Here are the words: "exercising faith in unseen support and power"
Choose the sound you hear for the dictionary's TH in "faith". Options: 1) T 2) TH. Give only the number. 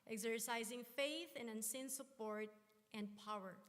2